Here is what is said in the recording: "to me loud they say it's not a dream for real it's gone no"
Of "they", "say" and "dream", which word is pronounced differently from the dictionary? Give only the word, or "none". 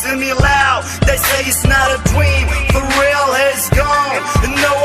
dream